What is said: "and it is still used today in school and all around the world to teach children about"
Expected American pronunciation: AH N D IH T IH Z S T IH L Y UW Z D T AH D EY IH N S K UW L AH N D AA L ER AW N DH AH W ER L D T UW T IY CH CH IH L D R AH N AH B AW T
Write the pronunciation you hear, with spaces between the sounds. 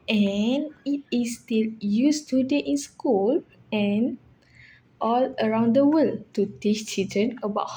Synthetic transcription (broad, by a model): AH N IH T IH S T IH L Y UW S T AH D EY IH N S K UW L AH N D AA L ER AW N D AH W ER L T UW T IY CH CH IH D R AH N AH B AW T